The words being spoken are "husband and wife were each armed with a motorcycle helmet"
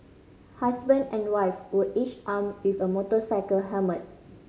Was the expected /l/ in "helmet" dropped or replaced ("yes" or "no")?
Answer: yes